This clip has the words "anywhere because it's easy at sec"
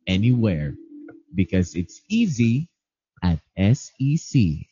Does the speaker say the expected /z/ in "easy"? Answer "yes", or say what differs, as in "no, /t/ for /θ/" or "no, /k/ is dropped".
yes